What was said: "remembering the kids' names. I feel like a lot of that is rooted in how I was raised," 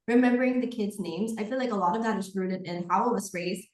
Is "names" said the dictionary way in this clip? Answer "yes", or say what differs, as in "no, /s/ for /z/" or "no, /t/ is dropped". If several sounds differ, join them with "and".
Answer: yes